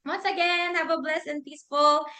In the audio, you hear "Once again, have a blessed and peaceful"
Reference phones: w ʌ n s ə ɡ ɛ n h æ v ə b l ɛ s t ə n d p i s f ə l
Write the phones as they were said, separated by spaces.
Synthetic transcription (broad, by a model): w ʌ n s ə ɡ ɛ n h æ v ə b l ɛ s ə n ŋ p i s f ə l